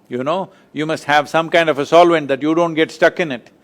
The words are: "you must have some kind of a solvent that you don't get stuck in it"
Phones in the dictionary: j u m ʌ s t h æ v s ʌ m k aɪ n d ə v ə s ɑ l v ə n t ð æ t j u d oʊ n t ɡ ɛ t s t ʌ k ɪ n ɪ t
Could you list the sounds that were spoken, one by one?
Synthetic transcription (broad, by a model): j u m ʌ s t h æ v s ʌ m k aɪ n d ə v ə s ɑ l v ə n t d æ t j u d oʊ n t ɡ ɛ t s t ʌ k ɪ n ɪ t